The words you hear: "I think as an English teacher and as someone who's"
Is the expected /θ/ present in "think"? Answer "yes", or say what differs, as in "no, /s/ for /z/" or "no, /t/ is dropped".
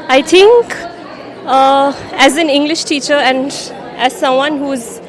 no, /t/ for /θ/